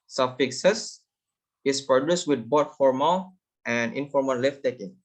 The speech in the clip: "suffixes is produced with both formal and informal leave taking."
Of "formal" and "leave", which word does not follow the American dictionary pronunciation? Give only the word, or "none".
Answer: leave